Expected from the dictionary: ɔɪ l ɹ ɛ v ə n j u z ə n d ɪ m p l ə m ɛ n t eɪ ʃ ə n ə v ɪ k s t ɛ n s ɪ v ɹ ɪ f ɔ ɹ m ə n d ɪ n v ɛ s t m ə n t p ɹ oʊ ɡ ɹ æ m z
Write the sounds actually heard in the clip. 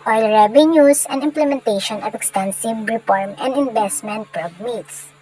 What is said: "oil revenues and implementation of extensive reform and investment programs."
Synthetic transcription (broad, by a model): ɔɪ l ɹ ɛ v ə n j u s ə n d ɪ m p l ə m ɛ n t eɪ ʃ ə n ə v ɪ k s t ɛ n s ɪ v ɹ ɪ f ɔ ɹ m ə n d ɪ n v ɛ s t m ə n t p ɹ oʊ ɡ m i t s